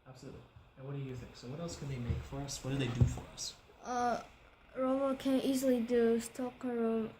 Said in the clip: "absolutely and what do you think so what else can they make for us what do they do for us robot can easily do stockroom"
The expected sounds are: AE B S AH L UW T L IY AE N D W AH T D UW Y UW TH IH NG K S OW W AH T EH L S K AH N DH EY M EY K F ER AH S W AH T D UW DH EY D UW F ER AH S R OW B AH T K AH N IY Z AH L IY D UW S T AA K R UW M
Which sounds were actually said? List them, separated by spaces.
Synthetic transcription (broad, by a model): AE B S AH L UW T L IY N W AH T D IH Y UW TH IH NG K S OW W AH T EH L S K N DH EY M EY K F ER AH S W AH T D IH DH EY D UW F ER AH S R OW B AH K AH N IY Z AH L IY D UW S T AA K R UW